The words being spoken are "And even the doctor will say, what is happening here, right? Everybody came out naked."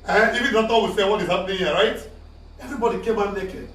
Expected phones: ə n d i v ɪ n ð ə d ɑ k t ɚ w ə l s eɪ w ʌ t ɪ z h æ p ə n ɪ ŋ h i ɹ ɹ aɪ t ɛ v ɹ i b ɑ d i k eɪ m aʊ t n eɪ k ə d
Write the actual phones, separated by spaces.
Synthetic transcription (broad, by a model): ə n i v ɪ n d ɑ t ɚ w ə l s eɪ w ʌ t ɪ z h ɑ p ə n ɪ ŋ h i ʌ ɹ aɪ t ɛ v ɹ i b ɑ d i k eɪ m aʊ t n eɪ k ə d